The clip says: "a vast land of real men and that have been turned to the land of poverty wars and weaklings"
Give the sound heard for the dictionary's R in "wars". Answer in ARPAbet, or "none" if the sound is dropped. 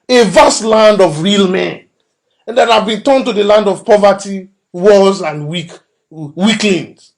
L